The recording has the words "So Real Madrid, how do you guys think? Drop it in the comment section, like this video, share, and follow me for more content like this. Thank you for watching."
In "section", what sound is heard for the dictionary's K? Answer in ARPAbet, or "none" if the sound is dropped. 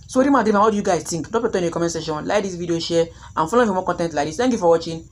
none